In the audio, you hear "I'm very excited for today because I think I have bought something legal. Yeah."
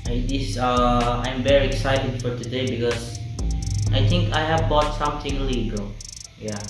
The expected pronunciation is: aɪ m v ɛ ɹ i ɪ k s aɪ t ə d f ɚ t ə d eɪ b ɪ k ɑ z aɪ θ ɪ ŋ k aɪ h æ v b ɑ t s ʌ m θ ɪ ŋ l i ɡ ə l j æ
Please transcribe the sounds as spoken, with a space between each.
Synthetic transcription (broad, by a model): aɪ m v ɛ ɹ i ɪ k s aɪ t ə d f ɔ t ə d eɪ b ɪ k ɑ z aɪ t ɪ ŋ k aɪ h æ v b ɑ t s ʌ m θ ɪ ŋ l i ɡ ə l j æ